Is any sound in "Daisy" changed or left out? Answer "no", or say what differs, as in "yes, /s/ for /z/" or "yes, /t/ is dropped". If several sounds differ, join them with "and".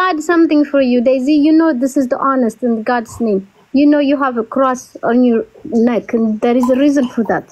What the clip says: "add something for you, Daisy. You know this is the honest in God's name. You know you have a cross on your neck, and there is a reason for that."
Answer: no